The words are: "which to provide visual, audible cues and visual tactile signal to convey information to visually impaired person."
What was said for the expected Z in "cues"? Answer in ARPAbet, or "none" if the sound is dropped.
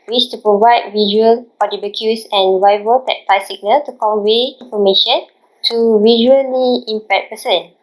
S